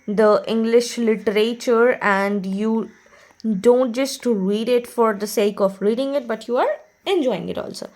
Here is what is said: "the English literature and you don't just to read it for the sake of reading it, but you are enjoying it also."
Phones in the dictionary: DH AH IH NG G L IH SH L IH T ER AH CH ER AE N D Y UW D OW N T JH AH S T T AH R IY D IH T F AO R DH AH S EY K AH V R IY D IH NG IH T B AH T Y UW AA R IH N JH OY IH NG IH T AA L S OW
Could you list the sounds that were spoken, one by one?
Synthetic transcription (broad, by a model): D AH IH NG G L IH SH L IH T ER AH CH ER AE N D Y UW D OW N T JH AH S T T R IY D IH T F AO R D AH S EY K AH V R IY D IH NG IH T B AH T Y UW AA R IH N JH OY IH NG IH T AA L S OW